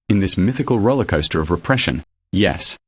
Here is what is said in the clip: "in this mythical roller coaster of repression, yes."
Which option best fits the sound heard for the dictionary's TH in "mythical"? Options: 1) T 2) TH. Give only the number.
2